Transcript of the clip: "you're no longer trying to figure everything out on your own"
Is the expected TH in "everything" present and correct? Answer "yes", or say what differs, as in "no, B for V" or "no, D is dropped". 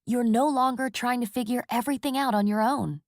yes